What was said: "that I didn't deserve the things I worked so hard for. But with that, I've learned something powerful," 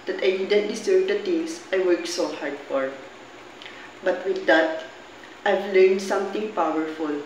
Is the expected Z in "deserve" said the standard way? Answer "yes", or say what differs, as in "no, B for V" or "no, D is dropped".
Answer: no, S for Z